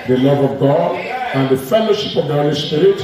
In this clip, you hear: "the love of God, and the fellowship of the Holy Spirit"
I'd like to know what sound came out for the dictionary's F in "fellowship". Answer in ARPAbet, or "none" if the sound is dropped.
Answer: F